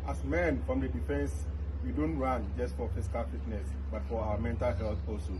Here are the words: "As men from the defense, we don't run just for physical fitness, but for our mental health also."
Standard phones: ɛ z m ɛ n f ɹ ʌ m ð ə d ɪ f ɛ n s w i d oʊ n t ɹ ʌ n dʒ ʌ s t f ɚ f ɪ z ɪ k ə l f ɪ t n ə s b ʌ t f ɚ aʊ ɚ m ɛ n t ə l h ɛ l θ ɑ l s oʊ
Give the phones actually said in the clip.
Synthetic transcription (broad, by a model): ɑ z m ɛ n f ɹ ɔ m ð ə d ɪ f ɛ n s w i d oʊ n t ɹ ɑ n dʒ ʌ s t f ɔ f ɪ s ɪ k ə l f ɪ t n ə s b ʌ t f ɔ aʊ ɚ m ɛ n t ə l h ɛ l θ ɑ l s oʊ